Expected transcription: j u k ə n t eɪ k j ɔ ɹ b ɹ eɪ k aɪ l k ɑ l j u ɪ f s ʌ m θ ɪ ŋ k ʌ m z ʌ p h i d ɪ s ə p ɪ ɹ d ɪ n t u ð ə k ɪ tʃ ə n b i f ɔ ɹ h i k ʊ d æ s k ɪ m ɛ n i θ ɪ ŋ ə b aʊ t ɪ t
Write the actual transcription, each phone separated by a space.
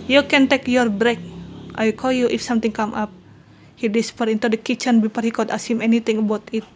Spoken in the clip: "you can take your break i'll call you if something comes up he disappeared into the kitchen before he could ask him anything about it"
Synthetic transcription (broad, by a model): j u k ə n t eɪ k j ɔ ɹ b ɹ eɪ k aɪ k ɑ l j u ɪ f s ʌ m t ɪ ŋ k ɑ m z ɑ p h i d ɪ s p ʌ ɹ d ɪ n t u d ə k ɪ tʃ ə n b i p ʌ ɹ h i k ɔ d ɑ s ɪ m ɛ n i t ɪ ŋ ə b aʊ t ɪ t